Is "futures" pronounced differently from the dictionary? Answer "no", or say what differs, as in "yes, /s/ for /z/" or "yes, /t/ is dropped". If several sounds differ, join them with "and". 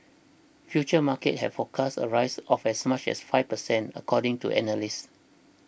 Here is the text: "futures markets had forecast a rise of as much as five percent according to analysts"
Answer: yes, /z/ is dropped